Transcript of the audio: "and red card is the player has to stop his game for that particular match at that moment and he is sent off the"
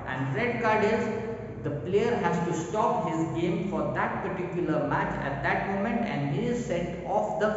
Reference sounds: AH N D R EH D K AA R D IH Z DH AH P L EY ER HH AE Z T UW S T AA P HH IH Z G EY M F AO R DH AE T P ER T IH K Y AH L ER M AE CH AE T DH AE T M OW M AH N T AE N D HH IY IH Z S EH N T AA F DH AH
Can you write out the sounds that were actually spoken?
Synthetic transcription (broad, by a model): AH N D R EH D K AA R D IH Z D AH P L EY ER HH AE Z T UW S T AA P HH IH Z G EY M F AO R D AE T P ER T IH K Y AH L ER M AE CH AE T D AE T M OW M AH N T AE N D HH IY IH Z S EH T AA F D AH